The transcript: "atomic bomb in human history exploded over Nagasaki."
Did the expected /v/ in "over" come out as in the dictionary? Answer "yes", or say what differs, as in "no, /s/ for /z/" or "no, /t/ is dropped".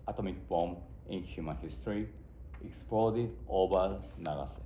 no, /b/ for /v/